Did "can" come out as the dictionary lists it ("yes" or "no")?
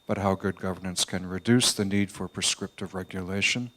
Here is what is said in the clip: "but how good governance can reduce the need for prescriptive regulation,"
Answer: yes